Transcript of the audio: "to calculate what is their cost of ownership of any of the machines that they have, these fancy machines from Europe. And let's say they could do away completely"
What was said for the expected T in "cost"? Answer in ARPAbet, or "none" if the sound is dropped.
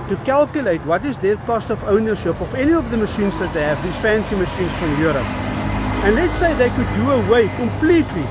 T